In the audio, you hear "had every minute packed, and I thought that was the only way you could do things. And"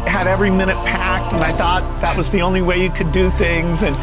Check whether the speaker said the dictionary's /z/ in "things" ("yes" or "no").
yes